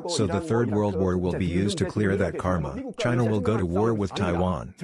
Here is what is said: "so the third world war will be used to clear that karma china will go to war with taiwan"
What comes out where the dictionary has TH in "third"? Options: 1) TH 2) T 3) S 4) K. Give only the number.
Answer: 1